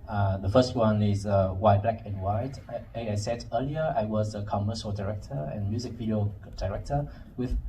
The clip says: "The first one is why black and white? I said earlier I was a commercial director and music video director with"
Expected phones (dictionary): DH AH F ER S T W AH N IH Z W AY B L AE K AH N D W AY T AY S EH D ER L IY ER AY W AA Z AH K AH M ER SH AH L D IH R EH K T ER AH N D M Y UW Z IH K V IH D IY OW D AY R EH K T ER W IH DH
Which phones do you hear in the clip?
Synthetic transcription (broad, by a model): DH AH F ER S T W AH N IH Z W AY B L AE K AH N W AY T AY S EH D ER L IY ER AY W AA Z AH K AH M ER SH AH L D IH R EH K T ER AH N M Y UW Z IH K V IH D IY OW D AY R EH K T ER W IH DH